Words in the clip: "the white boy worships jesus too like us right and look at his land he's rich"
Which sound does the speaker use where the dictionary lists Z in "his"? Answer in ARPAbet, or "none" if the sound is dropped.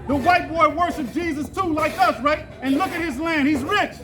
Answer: Z